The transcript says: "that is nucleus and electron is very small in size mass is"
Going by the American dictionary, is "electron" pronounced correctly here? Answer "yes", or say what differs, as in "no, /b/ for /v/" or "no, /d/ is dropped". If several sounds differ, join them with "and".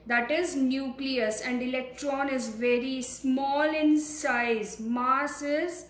yes